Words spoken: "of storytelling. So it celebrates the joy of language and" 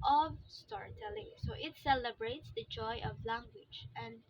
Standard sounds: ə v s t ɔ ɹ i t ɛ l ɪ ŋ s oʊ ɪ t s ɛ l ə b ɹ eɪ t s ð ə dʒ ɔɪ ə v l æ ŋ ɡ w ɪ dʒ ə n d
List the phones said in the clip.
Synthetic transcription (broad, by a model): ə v s t ɔ ɹ i t ɛ l ɪ ŋ s oʊ ɪ t s ɛ l ə b ɹ eɪ t s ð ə dʒ ɔɪ ə v l æ ŋ ɡ w ɪ dʒ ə n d